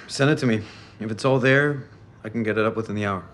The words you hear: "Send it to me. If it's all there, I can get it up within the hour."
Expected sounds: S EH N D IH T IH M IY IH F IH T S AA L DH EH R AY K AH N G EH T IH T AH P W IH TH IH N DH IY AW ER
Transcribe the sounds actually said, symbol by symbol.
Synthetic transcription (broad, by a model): S EH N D IH T IH M IY IH F IH T S AA L DH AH R AY K N G EH T IH T AH P W IH TH IH N DH IY AW ER